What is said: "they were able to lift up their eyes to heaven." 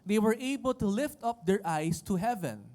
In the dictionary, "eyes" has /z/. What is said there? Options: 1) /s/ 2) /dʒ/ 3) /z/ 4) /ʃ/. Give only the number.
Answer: 1